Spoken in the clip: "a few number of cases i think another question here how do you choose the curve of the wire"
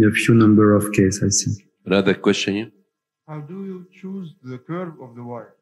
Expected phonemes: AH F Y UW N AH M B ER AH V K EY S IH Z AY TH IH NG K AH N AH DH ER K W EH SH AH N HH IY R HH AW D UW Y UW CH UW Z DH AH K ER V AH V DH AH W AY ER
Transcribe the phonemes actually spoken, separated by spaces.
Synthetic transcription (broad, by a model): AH F Y UW N AH M B ER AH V K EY IH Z AY S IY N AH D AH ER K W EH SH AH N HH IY HH AW D UW Y UW CH UW Z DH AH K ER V AH V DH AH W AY